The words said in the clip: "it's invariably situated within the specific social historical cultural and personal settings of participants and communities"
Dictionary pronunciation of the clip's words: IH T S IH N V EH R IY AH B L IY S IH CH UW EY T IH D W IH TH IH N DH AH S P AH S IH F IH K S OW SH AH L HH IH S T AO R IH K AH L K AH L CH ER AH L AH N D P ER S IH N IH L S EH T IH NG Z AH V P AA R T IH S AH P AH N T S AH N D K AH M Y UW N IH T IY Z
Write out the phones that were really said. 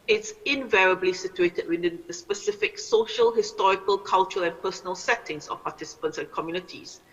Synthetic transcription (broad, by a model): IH T S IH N V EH R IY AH B L IY S IH CH UW EY T IH D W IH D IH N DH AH S P AH S IH F IH K S OW SH AH L HH IH S T AO R IH K AH L K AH L CH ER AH L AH N P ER S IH N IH L S EH T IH NG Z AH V P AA T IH S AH P AH N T S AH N K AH M Y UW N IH T IY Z